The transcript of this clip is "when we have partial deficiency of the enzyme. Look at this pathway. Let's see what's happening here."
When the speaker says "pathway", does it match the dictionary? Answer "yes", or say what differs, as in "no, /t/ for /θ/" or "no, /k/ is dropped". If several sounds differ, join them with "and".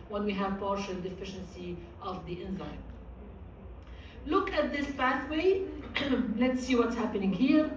no, /b/ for /p/